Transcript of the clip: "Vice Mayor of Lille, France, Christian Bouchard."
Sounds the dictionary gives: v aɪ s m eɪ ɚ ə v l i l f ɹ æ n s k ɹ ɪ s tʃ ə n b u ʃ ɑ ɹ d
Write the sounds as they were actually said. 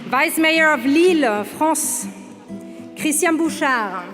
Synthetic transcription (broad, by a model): v aɪ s m eɪ ɚ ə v l i l f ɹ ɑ s k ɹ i s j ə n b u ʃ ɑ ɹ